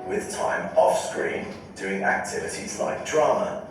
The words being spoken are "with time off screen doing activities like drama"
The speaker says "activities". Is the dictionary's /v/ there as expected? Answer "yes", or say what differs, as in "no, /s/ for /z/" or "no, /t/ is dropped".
yes